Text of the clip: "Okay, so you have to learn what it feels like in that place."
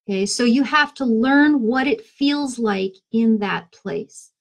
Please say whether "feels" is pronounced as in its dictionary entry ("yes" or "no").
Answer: yes